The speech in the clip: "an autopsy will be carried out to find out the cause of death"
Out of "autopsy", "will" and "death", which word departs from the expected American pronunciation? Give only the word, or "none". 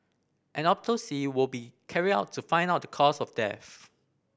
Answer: autopsy